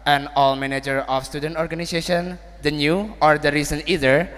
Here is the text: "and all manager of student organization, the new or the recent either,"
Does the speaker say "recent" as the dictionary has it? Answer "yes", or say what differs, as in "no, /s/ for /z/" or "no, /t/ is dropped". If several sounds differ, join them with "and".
no, /t/ is dropped